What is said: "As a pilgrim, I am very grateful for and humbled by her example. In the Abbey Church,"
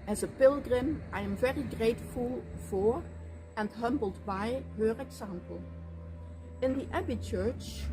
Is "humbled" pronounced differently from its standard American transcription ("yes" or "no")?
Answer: no